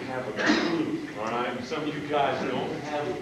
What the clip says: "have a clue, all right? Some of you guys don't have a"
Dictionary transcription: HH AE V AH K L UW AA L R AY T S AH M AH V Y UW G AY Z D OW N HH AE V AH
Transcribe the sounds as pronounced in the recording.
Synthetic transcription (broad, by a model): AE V AH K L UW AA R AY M S AH M AH V Y UW G AY Z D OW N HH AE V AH